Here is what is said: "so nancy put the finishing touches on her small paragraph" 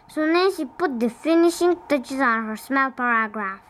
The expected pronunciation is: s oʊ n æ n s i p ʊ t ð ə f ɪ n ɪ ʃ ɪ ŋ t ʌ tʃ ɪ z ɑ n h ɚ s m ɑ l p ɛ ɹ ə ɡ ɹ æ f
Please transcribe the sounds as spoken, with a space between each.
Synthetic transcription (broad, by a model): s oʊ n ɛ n ʃ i p ʊ t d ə f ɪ n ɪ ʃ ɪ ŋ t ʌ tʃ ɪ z ɑ n h ɚ s m ɑ l p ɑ ɹ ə ɡ ɹ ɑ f